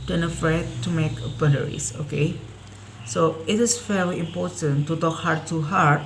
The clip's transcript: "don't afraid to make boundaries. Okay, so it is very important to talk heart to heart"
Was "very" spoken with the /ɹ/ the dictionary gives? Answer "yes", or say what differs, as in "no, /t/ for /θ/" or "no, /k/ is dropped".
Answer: no, /l/ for /ɹ/